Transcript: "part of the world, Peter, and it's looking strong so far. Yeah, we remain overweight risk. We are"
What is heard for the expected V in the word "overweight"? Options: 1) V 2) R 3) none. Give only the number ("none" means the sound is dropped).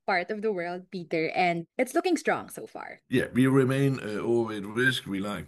3